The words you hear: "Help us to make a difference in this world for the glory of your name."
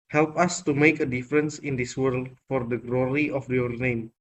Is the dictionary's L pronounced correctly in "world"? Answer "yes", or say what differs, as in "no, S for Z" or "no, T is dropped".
yes